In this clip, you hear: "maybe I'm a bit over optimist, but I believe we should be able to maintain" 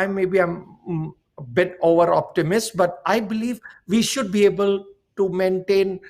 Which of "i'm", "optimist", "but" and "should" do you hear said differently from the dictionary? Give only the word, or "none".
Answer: none